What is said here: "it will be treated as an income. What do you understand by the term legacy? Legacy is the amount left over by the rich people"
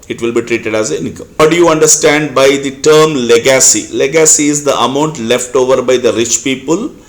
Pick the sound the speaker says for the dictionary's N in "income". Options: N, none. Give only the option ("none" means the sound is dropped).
none